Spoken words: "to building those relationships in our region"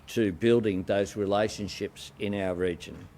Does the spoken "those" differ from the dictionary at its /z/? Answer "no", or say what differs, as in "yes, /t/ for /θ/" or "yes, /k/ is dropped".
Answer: no